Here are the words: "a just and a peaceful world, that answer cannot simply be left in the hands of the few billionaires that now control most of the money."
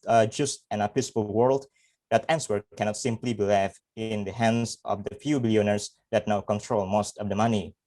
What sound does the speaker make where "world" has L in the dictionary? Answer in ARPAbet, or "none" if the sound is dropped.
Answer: L